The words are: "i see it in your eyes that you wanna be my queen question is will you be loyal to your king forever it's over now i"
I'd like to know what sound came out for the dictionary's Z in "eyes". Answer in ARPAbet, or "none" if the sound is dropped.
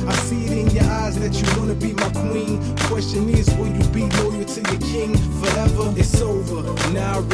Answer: Z